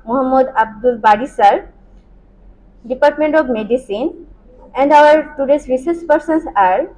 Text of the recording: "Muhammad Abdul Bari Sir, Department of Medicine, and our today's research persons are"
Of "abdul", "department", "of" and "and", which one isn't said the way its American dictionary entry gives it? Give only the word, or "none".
of